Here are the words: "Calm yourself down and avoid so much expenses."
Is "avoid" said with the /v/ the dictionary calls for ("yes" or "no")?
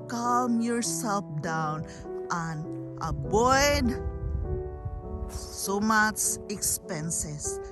no